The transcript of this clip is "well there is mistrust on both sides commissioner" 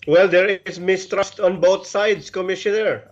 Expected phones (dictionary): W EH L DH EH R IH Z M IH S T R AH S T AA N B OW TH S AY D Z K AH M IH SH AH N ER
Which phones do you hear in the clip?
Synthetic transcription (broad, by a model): W EH L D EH R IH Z M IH S T R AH S T AA N B OW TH S AY D S K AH M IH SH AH N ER